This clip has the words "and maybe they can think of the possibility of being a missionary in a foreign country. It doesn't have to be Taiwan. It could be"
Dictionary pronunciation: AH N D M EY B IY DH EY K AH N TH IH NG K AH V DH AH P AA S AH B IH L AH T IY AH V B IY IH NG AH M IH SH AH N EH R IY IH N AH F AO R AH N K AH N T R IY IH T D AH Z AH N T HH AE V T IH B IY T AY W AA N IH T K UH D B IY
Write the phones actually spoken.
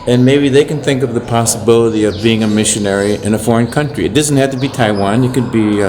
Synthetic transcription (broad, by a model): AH N M EY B IY DH EY K AH N TH IH NG K AH V DH AH P AA S AH B IH L AH T IY AH V B IY IH NG AH M IH SH AH N EH R IY IH N AH F AO R AH N K AH N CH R IY IH T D AH Z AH N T HH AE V T IH B IY T AY W AA N IH T K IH D B IY